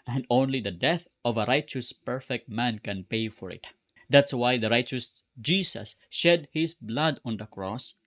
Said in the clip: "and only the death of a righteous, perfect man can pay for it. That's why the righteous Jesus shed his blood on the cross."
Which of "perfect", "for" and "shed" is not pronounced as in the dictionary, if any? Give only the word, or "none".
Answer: none